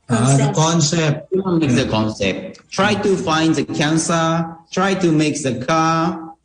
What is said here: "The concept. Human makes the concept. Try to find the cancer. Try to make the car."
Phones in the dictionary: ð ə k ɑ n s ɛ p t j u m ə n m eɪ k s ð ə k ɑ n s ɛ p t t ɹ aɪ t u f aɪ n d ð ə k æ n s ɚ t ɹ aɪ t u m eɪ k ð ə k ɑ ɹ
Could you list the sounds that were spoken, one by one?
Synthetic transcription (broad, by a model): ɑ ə k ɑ n s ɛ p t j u ə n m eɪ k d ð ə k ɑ n s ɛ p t t ɹ aɪ t u f aɪ n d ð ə k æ n s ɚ t ɹ aɪ t u m eɪ k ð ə k ɑ